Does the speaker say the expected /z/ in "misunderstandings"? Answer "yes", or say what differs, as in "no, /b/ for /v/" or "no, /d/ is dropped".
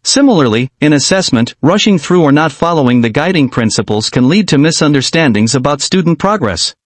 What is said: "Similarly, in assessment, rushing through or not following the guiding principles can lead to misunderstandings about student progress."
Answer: yes